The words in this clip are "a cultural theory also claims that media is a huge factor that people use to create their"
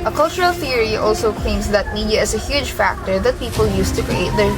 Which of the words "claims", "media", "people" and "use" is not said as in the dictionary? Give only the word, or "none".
claims